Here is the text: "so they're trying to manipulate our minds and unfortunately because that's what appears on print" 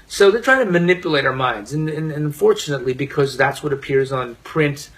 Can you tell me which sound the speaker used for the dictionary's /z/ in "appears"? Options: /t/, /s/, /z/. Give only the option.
/z/